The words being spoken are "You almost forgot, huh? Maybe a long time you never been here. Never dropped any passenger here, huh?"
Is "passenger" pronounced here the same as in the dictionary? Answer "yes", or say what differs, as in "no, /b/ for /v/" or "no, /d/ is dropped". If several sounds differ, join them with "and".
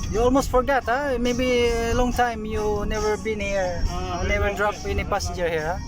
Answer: no, /n/ is dropped